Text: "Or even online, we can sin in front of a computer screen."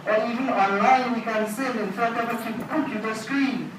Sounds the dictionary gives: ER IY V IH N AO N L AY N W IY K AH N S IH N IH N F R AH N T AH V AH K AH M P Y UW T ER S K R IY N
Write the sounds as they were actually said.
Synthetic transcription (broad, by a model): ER IY V IH N AO N L AY N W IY K AH N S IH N IH N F AH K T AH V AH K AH M P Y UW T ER S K R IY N